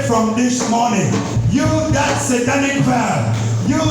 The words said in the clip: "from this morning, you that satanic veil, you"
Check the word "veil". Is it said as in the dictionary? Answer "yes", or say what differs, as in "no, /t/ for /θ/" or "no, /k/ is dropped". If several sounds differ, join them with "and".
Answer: no, /p/ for /v/ and /n/ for /l/